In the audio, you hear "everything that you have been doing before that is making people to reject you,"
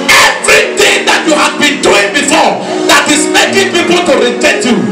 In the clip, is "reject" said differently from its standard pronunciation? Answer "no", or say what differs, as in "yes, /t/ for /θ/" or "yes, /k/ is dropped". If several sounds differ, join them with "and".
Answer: yes, /k/ is dropped